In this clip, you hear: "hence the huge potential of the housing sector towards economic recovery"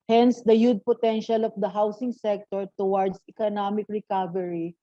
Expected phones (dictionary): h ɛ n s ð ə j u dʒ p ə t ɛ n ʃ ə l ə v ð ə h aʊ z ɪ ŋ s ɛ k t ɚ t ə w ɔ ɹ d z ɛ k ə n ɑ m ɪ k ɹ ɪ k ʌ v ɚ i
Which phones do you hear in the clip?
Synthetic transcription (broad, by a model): h ɛ n s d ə j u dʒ p ə t ɛ n ʃ ə l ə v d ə h aʊ s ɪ ŋ s ɛ k t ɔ t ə w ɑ ɹ d s ɛ k ə n ɑ m ɪ k ɹ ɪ k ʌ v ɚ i